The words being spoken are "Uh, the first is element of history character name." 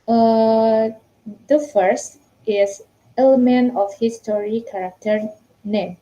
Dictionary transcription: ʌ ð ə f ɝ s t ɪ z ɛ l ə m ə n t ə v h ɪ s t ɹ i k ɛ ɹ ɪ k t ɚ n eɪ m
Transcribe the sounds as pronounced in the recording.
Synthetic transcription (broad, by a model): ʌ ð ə f ɝ s t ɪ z ɛ l ə m ə n t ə f h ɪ s t ɹ i k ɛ ɹ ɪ k t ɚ n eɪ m